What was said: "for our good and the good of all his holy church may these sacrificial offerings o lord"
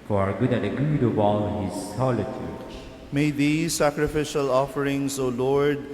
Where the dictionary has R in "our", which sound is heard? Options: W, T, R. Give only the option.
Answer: R